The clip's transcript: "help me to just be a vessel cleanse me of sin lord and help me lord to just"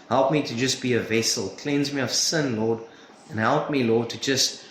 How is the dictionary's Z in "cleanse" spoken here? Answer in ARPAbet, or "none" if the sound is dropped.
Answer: Z